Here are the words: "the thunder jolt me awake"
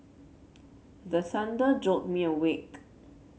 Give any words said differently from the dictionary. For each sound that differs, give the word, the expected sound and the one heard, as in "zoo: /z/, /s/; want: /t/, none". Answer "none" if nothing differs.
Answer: thunder: /θ/, /s/